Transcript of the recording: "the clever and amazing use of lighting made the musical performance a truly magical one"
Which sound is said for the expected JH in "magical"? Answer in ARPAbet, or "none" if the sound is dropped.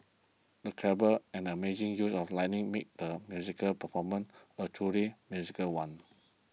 Z